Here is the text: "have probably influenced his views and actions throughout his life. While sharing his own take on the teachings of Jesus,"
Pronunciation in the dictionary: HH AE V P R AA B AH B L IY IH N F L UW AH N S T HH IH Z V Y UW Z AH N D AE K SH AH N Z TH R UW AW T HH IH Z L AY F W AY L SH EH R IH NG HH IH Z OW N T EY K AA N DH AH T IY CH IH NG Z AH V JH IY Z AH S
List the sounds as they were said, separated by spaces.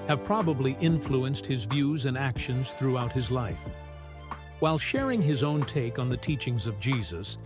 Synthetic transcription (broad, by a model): HH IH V P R AA B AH B L IY IH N F L UW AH N S T HH IH Z V Y UW Z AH N AE K SH AH N Z TH R UW AW T HH IH Z L AY F W AY L SH EH R IH NG IH Z OW N T EY K N DH AH T IY CH IH NG Z AH V JH IY Z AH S